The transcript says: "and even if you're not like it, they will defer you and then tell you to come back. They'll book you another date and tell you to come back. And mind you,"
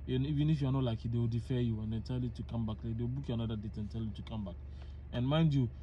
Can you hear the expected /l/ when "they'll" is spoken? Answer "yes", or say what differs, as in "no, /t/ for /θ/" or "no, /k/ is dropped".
no, /w/ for /l/